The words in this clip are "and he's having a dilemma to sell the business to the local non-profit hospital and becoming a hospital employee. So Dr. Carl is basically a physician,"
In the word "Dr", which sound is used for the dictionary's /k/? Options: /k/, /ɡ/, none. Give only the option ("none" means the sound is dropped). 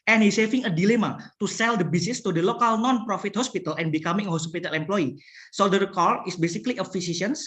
none